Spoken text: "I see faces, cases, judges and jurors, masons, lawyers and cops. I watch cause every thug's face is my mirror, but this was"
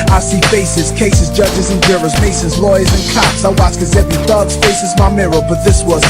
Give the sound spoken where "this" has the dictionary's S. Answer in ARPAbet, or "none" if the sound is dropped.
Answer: S